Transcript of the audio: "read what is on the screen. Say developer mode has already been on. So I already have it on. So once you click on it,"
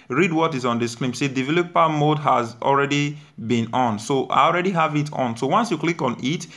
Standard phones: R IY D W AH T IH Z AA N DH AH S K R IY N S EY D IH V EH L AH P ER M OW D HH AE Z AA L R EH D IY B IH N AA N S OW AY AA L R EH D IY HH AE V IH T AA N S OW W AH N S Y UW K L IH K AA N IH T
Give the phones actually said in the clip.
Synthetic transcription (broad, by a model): R IY D W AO T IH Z AA N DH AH S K L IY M S EY D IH V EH L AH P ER M OW D HH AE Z AA L R EH D IY B IH N AA N S OW AY AA L R EH D IY HH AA V IH T AA N S OW W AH N S Y UW K L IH K AA N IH T